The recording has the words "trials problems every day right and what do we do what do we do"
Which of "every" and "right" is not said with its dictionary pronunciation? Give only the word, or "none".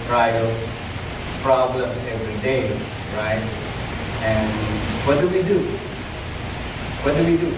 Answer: none